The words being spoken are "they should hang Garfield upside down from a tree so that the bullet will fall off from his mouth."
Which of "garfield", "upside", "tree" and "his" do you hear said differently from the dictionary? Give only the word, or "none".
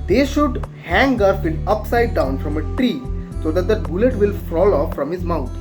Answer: garfield